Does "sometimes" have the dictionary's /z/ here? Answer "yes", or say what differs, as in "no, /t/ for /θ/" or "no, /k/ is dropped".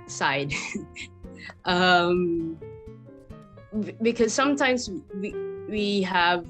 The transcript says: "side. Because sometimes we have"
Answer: yes